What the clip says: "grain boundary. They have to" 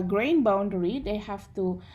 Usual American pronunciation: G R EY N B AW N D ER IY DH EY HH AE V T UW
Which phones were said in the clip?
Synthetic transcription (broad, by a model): G R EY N B AW N D ER IY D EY HH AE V T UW